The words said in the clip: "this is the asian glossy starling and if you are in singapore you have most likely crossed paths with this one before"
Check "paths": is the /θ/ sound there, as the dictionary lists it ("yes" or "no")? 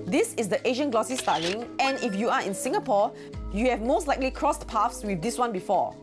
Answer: no